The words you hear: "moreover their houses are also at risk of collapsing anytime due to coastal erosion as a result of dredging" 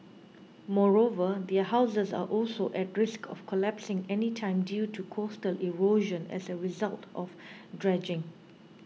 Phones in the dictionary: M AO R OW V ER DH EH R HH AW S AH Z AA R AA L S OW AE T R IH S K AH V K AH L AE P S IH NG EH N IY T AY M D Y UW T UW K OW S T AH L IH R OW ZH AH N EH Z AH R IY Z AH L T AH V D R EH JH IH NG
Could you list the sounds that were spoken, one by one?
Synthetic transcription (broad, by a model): M AO R OW V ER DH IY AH HH AW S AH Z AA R AA L S OW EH T R IH S K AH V K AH L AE P S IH NG EH N IY T AY M D Y UW T UW K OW S T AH L IH R OW ZH AH N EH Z AH R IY Z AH L T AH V D R EH JH IH NG